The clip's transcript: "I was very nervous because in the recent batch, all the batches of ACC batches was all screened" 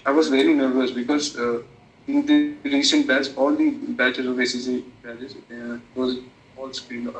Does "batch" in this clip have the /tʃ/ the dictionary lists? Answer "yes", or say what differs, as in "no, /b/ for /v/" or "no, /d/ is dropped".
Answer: no, /s/ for /tʃ/